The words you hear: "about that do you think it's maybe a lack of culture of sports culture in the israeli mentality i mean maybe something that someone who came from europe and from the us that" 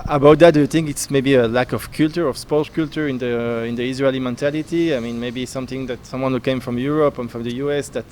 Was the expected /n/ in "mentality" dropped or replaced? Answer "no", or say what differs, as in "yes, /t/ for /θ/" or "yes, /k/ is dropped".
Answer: no